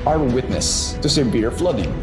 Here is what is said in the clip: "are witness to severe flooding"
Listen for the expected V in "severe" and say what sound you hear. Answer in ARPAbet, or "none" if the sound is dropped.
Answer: B